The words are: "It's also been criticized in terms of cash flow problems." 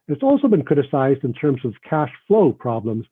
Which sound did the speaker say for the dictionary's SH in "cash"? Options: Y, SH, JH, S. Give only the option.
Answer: SH